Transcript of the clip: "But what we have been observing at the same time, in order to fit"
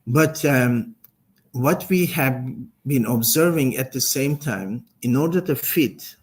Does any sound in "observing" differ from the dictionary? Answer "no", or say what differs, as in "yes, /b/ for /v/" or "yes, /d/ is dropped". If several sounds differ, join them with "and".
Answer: no